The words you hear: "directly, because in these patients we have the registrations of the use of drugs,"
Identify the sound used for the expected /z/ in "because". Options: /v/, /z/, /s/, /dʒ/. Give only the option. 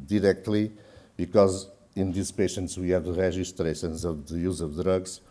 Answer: /z/